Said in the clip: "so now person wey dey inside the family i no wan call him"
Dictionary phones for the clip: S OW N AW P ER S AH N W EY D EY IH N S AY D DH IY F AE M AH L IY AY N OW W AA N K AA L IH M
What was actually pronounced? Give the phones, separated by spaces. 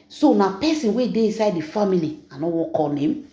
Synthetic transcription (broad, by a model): S OW N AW P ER S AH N W EY D EY IH N S AY D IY F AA M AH L IY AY N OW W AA K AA N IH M